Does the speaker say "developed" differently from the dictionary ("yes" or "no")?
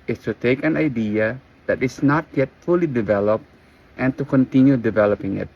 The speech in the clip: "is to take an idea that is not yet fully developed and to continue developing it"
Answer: no